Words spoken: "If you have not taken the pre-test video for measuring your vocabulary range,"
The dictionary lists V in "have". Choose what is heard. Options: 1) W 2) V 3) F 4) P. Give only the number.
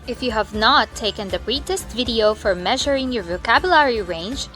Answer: 2